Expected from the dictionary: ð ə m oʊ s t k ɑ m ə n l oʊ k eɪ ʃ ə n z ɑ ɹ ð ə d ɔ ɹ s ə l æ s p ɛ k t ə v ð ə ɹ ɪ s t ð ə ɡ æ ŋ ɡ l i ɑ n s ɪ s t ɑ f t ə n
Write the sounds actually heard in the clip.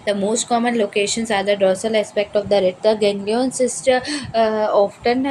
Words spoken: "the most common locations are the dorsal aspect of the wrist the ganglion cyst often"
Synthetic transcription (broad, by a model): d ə m oʊ s t k ɑ m ə n l oʊ k eɪ ʃ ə n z ɑ ɹ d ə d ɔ s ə l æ s p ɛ k t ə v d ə ɹ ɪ t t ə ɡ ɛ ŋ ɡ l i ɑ n s ɪ s t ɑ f t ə n